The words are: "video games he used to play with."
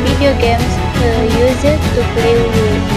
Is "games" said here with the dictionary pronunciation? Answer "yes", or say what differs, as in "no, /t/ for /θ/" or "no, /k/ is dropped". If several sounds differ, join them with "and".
no, /s/ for /z/